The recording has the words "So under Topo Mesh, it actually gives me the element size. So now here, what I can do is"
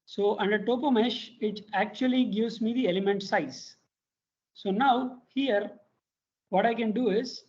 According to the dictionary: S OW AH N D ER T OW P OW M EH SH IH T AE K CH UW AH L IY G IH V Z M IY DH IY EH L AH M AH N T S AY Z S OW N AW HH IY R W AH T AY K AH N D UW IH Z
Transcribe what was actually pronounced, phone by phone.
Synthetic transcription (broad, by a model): S OW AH N D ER T OW P OW M EH SH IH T AE K CH UW AH L IY G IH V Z M IY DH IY EH L AH M AH N T S AY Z S OW N AW HH IY R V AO T AY K AH N D UW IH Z